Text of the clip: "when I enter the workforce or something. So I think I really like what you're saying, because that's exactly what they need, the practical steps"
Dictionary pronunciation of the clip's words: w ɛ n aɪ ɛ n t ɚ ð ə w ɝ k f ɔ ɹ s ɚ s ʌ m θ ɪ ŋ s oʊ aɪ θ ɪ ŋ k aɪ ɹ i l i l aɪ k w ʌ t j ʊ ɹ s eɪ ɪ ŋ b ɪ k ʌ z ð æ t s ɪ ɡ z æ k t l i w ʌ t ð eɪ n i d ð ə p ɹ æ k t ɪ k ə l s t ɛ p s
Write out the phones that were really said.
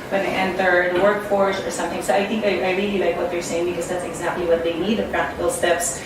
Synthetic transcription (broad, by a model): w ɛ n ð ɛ n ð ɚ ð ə w ɝ k f ɔ ɹ s ɚ s ʌ m θ ɪ ŋ s oʊ aɪ θ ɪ ŋ k aɪ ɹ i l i l aɪ k w ʌ t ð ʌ ɹ s eɪ ɪ ŋ b ɪ k ʌ z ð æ t s ɪ ɡ z æ k t l i w ʌ t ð eɪ n i d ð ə p ɹ æ k t ɪ k ə l s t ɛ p s